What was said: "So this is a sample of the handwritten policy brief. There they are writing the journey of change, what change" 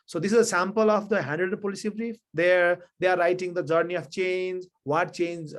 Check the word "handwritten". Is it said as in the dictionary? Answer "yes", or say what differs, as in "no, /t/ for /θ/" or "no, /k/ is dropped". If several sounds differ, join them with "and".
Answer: no, /ɹ/ is dropped